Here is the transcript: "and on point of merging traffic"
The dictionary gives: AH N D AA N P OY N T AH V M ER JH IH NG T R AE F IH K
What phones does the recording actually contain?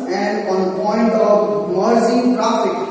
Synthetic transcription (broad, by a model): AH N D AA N P OY N T AH V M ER Z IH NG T R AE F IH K